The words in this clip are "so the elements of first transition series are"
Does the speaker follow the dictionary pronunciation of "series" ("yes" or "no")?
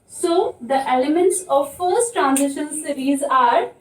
yes